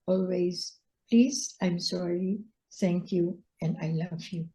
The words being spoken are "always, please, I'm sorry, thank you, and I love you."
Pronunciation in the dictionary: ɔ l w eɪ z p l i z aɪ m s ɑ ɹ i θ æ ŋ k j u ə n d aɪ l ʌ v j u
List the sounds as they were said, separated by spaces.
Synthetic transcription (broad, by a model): ɔ l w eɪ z p l i z aɪ m s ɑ ɹ i t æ ŋ k j u ə n d aɪ l ʌ v j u